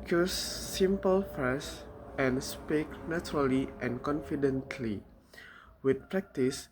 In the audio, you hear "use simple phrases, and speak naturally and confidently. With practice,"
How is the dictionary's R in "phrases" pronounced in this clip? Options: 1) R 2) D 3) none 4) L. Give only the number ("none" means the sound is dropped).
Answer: 3